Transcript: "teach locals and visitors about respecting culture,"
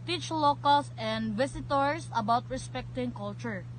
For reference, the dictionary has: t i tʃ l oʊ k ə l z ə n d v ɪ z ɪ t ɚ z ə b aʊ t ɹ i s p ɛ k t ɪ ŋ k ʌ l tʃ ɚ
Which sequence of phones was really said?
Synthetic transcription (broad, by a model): t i tʃ l oʊ k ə l s ə n d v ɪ s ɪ t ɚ s ə b aʊ t ɹ i s p ɛ k t ɪ ŋ k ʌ l tʃ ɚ